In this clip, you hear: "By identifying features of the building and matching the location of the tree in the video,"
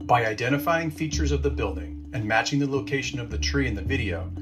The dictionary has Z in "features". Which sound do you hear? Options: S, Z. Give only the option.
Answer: Z